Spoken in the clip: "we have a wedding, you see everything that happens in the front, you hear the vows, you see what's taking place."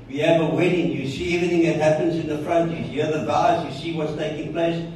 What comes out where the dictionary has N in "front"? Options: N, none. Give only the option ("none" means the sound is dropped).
N